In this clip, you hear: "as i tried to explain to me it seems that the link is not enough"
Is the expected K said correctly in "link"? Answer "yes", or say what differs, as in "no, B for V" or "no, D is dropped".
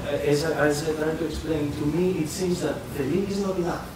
no, K is dropped